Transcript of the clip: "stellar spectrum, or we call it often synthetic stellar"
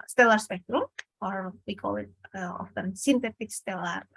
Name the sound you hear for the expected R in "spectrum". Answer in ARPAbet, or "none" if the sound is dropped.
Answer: R